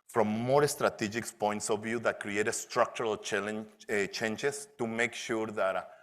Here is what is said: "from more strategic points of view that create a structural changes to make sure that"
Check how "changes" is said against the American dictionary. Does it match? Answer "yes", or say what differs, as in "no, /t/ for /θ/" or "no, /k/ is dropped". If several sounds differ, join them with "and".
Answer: no, /s/ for /z/